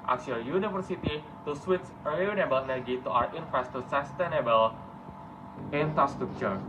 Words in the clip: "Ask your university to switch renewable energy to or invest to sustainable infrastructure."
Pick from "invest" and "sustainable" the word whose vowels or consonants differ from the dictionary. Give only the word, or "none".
invest